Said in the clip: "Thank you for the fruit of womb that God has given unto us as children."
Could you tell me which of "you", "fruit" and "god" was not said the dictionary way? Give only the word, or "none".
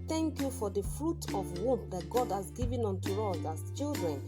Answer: none